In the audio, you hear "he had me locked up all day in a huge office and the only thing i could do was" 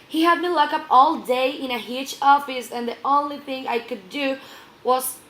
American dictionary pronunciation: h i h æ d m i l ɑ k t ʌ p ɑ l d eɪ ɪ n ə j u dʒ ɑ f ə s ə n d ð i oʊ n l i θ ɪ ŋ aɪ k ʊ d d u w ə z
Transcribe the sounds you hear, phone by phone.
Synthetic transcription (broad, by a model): h i h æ d m i l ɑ k ʌ p ɑ l d eɪ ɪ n ə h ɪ tʃ ɑ f ə s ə n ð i oʊ n l i θ ɪ ŋ aɪ k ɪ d d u w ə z